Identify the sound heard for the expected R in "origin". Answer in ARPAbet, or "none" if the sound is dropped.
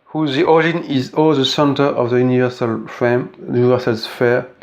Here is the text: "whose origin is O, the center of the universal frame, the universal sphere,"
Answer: none